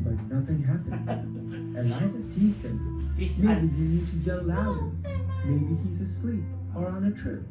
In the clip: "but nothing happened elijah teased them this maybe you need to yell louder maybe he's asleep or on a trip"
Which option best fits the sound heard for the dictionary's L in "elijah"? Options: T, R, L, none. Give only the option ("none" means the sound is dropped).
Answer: none